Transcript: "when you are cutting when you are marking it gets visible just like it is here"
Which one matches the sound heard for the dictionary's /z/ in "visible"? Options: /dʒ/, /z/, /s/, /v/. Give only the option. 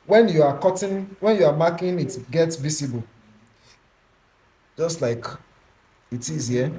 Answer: /s/